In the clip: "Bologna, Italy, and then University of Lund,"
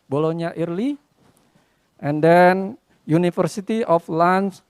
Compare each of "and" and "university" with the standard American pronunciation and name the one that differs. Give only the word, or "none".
university